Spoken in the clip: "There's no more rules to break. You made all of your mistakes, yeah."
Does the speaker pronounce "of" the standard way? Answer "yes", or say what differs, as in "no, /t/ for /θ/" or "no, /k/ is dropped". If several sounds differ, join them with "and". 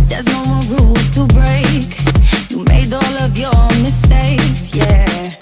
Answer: yes